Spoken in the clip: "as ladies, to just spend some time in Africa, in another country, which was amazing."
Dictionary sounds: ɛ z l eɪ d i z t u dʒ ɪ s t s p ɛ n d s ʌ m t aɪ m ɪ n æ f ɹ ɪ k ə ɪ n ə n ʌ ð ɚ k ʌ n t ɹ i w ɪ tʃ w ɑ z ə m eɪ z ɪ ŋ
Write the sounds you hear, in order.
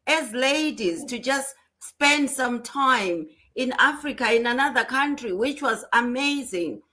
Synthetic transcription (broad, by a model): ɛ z l eɪ d i z t u dʒ ɪ s t s p ɛ n d s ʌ m t aɪ m ɪ n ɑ f ɹ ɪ k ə ɪ n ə n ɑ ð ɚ k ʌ n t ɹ i w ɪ tʃ w ɑ z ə m eɪ z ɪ ŋ